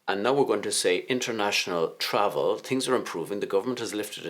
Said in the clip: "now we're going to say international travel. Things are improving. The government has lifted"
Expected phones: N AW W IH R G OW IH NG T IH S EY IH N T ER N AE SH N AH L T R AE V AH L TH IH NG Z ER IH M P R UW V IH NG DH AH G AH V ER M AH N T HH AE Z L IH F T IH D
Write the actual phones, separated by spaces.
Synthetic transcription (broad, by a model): N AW W IH R G OW IH NG T IH S EY IH N T ER N AE SH N AH L T R AE V AH L TH IH NG Z ER IH M P R UW V IH NG DH AH G AH V ER M AH N T HH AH Z L IH F T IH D